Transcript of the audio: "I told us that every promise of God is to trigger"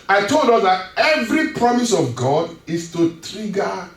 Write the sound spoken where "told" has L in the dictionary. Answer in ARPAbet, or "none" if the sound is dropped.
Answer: L